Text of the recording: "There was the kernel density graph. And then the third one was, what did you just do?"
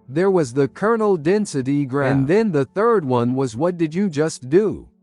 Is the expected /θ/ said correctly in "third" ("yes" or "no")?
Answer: yes